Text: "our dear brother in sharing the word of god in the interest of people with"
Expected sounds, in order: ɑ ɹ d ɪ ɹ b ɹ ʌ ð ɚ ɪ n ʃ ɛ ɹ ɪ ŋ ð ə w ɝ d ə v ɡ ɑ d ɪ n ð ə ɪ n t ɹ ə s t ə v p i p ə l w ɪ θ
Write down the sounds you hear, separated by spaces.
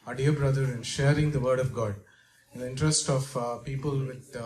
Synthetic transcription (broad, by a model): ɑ d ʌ ɹ b ɹ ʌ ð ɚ ɪ n ʃ ɛ ɹ ɪ ŋ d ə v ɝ d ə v ɡ ɑ d ɪ n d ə ɪ n t ɹ ə s t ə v p i p ə l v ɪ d